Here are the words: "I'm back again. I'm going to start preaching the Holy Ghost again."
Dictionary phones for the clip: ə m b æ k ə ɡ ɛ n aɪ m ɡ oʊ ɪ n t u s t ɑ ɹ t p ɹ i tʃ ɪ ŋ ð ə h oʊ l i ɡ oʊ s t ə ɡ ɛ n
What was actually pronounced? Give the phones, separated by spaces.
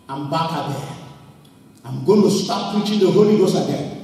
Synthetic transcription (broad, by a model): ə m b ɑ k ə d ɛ aɪ m ɡ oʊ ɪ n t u s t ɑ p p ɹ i tʃ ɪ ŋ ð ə h oʊ l i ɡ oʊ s ə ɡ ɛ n